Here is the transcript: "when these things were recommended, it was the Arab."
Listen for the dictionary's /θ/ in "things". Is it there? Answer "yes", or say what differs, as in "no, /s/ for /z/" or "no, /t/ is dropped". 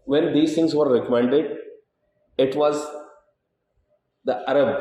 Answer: no, /t/ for /θ/